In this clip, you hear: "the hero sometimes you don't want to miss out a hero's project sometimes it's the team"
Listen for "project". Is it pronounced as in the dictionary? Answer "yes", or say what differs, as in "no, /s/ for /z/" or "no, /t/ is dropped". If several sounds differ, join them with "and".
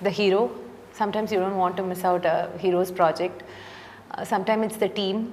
yes